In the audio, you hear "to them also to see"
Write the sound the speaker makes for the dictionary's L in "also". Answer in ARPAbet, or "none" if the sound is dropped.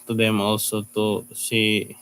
none